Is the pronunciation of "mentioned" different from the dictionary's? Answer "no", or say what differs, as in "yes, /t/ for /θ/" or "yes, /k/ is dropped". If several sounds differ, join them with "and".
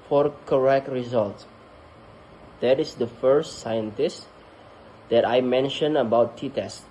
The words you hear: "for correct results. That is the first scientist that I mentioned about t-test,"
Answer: yes, /d/ is dropped